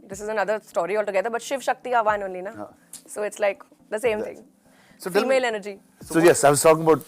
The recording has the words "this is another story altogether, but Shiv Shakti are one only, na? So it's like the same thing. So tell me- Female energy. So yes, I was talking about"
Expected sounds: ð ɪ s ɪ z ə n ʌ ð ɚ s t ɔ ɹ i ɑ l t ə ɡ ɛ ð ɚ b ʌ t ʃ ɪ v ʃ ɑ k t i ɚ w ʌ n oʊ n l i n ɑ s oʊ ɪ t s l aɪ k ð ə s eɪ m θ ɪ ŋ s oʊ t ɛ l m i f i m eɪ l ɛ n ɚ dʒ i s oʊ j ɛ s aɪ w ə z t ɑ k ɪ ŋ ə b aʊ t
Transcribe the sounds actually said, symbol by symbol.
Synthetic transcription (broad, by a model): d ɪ s ɪ z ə n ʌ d ɚ s t ɔ ɹ i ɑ l t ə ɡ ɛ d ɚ b ʌ t ʃ ɪ v ʃ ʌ k t i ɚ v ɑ n oʊ n l i n ɑ s oʊ ɪ t s l aɪ k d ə s eɪ m t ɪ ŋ s oʊ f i m eɪ l ɛ n ɚ dʒ i s oʊ j ɛ s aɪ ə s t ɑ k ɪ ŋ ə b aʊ t